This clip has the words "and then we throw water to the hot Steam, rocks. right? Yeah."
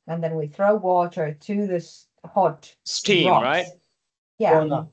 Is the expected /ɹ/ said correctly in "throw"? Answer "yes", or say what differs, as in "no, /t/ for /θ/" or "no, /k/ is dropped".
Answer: yes